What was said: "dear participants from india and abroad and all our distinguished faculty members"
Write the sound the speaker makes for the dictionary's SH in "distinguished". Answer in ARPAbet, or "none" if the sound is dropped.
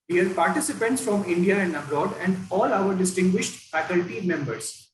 SH